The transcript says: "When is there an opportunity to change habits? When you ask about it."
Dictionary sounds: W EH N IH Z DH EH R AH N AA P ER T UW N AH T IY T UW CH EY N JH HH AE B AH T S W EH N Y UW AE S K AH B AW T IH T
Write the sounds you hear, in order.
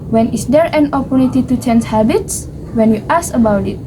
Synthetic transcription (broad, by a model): W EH N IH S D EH R AH N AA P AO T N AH T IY T UW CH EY N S HH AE B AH T S W EH N Y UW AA S AH B AW T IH T